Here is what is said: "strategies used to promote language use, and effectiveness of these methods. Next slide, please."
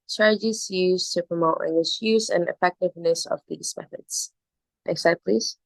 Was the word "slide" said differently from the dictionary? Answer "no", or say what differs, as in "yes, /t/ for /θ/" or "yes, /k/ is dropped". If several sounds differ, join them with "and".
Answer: yes, /l/ is dropped